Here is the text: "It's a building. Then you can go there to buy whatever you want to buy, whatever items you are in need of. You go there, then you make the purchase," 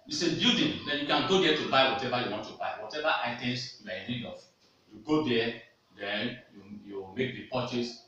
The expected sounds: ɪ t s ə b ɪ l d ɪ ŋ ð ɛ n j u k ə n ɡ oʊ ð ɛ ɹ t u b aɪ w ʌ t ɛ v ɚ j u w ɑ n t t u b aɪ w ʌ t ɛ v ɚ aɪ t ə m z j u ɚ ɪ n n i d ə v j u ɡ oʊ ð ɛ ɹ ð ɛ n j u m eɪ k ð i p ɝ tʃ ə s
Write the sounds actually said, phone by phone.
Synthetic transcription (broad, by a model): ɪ s ə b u d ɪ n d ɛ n j u k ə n ɡ oʊ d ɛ t u b aɪ w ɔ t ɛ v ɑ j u w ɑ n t t u b aɪ w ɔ t ɛ v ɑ aɪ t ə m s j u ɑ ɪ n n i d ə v j u ɡ oʊ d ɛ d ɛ n j u m eɪ k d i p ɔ tʃ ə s